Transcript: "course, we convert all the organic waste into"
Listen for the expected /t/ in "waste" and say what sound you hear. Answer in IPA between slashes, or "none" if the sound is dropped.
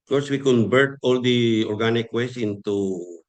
none